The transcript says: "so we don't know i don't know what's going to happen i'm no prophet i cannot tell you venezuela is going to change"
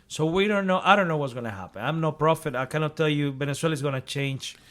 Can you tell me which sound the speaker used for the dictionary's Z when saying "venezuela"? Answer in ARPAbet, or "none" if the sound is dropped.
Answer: S